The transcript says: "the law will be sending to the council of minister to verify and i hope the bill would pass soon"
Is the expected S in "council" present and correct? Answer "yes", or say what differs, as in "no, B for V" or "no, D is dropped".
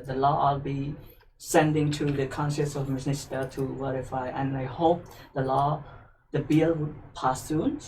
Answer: no, SH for S